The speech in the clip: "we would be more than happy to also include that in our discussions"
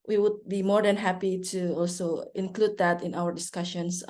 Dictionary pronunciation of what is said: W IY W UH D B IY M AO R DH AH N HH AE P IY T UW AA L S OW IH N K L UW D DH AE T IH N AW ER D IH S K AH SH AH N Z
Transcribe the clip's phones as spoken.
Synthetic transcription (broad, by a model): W IY W UH D B IY M AO R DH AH N HH AE P IY T UW AA L S OW IH N K L UW D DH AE T IH N AW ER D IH S K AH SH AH N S